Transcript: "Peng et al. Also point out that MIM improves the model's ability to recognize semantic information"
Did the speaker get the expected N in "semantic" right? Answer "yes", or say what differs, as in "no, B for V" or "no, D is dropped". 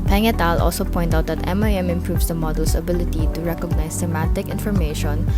no, N is dropped